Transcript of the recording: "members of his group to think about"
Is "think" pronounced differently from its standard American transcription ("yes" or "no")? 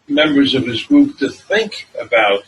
no